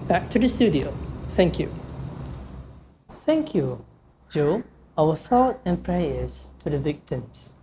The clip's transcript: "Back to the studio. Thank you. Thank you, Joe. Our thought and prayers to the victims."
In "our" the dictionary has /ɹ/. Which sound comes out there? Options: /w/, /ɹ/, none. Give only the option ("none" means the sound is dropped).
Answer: /w/